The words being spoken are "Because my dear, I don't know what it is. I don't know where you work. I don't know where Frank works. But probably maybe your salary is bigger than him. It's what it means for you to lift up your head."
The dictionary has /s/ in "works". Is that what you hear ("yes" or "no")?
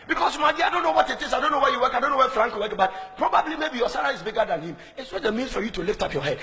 no